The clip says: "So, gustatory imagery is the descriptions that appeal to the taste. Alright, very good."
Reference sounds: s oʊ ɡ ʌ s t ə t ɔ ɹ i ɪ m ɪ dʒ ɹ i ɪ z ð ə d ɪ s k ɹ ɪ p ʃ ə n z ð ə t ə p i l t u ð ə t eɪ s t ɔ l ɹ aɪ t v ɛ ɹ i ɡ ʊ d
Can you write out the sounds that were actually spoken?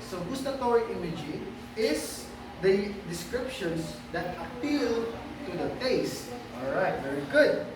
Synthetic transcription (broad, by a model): s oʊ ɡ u s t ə t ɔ ɹ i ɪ m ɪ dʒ i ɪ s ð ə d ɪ s k ɹ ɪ p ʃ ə n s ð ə t ə p i l t u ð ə t eɪ s t ɔ l ɹ aɪ t v ɛ ɹ i ɡ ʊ d